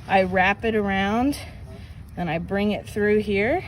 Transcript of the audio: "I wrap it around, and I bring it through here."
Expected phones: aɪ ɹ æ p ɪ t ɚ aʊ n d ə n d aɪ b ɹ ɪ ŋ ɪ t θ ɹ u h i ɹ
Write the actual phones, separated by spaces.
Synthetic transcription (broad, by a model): aɪ ɹ æ p ɪ t ɚ aʊ n d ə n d aɪ b ɹ ɪ ŋ ɪ t θ ɹ u h i ɹ